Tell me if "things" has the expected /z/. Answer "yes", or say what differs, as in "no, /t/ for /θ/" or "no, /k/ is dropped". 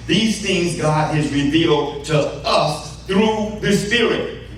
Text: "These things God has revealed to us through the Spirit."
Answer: yes